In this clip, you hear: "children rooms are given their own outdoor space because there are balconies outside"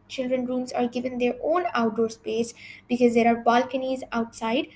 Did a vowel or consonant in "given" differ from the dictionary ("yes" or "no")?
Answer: no